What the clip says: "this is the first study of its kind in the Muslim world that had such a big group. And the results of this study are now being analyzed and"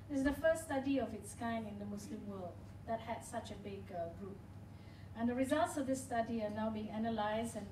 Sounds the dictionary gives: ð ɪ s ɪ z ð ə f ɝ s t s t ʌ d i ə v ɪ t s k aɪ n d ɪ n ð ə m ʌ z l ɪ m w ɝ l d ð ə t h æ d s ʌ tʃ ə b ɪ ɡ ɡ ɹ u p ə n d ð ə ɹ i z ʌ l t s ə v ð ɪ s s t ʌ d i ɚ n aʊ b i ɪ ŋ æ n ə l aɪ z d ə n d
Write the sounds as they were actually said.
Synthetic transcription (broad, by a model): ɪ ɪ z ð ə f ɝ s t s t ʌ d i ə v ɪ t s k aɪ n ɪ n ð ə m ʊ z l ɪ m w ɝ l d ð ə t h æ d s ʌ tʃ ə b ɪ ɡ ɡ ɹ u p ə n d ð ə ɹ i z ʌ l t s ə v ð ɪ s s t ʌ d i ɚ n aʊ b i ɪ ŋ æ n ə l aɪ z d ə n